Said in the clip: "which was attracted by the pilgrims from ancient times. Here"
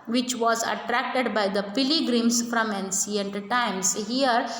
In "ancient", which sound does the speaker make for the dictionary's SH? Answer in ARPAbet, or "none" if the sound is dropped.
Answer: S